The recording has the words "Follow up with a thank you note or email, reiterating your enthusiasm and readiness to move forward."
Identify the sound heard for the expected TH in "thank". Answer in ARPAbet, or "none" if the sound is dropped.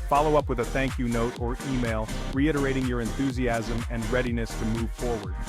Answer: TH